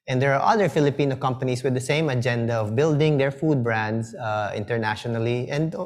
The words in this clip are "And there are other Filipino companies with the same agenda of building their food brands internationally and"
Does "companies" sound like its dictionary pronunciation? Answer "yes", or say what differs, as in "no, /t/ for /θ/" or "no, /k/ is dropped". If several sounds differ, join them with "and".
no, /s/ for /z/